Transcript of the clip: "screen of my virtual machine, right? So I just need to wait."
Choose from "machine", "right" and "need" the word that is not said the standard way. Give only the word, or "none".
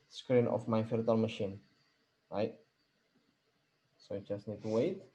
none